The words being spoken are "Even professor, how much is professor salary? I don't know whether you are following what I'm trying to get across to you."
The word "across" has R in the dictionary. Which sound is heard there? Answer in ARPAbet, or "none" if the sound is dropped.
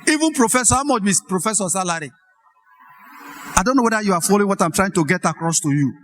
R